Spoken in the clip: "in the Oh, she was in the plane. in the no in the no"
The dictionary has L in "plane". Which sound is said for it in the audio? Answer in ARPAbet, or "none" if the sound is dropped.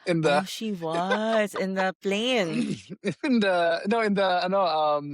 L